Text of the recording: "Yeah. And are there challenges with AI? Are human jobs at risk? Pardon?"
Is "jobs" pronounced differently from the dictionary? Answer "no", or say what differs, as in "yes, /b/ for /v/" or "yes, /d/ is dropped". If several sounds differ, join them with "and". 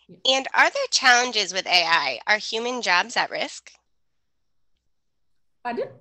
no